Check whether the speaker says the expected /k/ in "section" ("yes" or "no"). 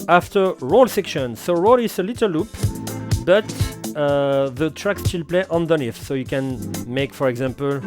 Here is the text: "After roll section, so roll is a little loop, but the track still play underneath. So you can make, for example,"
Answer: yes